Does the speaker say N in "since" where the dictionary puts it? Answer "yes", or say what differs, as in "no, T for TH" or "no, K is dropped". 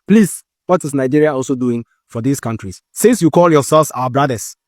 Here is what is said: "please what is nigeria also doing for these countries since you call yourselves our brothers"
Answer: no, N is dropped